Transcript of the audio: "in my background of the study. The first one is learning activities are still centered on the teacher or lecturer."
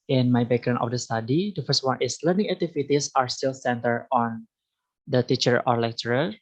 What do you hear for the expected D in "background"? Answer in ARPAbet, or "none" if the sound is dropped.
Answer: none